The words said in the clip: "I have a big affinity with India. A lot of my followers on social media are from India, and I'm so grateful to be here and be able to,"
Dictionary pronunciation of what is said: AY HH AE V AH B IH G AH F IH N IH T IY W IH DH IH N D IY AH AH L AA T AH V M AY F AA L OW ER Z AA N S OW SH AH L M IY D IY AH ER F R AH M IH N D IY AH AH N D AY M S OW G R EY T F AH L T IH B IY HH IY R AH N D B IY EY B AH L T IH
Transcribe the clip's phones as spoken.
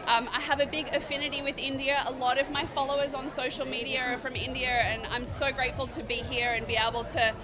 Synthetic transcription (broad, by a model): AY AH V AH B IH G AH F IH N IH T IY W IH DH IH N D IY AH AH L AA T AH V M AY F AA L OW ER Z N S OW SH L M IY D IY AH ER F R AH M IH N D IY AH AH N AY M S OW G R EY T F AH L T IH B IY HH IY R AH N B IY EY B L T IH